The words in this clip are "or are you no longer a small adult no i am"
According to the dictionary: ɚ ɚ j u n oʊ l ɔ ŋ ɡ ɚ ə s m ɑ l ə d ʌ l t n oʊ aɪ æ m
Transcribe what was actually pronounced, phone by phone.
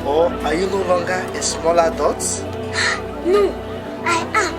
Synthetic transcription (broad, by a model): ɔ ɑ j u n oʊ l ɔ ŋ ɡ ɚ ə s m ɑ l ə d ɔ t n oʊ aɪ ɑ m